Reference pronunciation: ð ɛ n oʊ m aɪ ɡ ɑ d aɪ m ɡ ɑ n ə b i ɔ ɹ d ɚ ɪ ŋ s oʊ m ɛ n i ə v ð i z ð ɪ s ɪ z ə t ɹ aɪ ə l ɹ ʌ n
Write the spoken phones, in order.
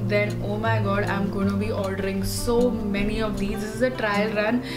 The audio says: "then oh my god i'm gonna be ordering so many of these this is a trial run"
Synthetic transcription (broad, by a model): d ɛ n oʊ m aɪ ɡ ɑ d aɪ m ɡ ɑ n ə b i ɔ l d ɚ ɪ ŋ s oʊ m ɛ n i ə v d i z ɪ ɪ z ə t ɹ aɪ ə l ɹ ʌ n